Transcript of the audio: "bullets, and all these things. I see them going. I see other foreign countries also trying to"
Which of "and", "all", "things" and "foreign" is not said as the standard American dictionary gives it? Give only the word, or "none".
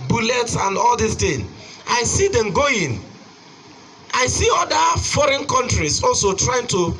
things